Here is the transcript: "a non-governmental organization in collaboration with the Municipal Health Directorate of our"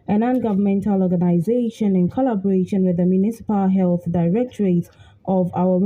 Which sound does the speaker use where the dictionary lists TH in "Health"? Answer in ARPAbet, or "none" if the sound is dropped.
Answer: TH